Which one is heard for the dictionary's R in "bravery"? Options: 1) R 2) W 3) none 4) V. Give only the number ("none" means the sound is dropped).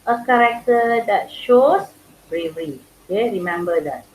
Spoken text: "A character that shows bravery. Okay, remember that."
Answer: 1